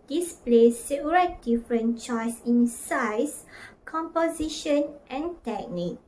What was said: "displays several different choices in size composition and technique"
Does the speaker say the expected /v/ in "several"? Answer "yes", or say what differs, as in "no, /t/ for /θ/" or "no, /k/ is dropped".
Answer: no, /p/ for /v/